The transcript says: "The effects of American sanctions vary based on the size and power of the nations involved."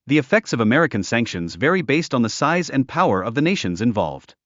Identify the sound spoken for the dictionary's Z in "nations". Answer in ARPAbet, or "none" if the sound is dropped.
Z